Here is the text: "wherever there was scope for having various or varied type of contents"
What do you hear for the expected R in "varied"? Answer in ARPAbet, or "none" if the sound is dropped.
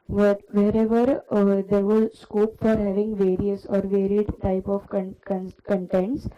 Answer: R